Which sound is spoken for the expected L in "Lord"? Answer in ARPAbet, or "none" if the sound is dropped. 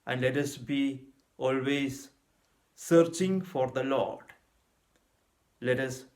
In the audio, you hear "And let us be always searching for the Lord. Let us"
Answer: L